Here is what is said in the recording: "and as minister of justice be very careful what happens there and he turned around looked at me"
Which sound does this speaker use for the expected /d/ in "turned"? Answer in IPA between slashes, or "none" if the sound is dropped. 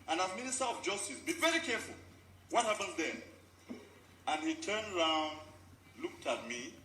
/d/